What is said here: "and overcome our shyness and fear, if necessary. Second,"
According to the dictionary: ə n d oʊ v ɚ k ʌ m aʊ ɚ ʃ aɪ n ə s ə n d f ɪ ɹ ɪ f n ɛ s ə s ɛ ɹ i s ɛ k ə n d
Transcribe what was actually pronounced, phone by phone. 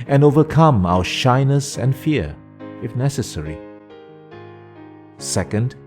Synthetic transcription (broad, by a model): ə n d oʊ v ɚ k ʌ m aʊ ɚ ʃ aɪ n ə s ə n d f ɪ ɹ ɪ f n ɛ s ə s ɛ ɹ i s ɛ k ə n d